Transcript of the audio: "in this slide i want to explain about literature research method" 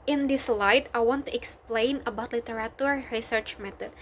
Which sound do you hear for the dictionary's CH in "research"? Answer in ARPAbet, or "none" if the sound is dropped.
CH